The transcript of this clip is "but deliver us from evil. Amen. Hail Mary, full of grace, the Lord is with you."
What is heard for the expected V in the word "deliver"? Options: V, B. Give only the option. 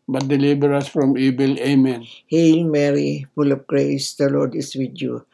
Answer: B